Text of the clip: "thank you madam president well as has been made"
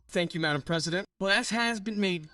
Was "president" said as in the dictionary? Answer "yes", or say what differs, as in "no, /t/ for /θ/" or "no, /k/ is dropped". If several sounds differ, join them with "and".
yes